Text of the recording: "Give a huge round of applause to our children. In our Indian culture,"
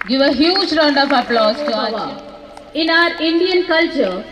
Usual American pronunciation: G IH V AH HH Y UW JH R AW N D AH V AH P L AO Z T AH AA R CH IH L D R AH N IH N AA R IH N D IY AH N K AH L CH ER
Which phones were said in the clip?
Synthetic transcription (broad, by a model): G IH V AH HH Y UW JH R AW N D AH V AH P L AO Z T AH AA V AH IH N AA R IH N D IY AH N K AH L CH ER